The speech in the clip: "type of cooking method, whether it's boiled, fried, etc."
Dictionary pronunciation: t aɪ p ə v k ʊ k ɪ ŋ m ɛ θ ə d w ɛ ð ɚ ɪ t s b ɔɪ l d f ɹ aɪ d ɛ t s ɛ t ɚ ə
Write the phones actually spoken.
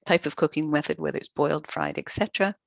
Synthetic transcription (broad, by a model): t aɪ p ə v k ʊ k ɪ ŋ m ɛ θ ə d w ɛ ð ɪ t s b ɔɪ l d f ɹ aɪ d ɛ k s ɛ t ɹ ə